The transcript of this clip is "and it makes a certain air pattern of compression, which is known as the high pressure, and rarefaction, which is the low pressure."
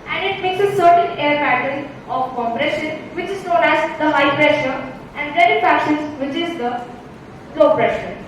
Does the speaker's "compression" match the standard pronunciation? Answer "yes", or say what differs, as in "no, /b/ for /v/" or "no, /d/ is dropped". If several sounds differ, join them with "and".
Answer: yes